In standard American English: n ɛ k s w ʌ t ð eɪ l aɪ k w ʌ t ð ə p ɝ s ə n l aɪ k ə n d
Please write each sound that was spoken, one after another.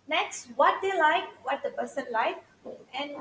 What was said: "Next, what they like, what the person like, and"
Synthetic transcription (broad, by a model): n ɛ k s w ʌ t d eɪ l aɪ k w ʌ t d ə b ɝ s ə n l aɪ k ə n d